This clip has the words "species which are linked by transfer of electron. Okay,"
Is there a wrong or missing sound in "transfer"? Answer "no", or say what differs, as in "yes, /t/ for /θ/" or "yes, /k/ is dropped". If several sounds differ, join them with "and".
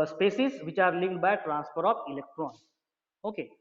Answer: yes, /p/ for /f/